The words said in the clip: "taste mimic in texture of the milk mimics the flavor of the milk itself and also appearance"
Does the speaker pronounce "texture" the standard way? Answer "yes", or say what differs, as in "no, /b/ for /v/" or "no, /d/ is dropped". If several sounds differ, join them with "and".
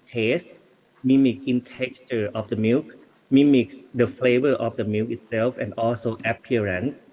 no, /s/ is dropped